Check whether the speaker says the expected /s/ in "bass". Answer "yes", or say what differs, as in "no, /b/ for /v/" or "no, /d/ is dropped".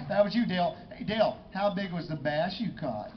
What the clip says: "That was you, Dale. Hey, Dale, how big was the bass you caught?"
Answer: no, /ʃ/ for /s/